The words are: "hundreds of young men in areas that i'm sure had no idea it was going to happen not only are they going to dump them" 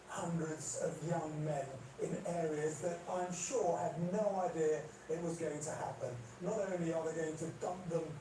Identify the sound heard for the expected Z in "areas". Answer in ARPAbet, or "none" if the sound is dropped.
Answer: Z